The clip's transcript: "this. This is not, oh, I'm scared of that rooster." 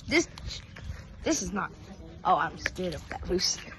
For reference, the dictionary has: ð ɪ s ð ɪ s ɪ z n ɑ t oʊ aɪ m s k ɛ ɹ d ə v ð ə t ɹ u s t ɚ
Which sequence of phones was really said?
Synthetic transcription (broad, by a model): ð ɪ s ð ɪ s ɪ z n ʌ t oʊ aɪ m s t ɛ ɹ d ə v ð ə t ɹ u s